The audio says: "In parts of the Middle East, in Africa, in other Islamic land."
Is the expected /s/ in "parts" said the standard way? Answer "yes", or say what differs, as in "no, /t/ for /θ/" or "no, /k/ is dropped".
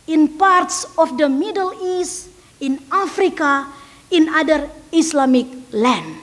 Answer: yes